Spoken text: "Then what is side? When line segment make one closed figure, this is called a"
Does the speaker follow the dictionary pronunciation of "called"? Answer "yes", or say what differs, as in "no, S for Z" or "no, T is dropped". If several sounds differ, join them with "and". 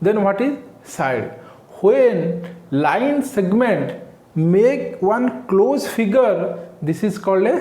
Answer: yes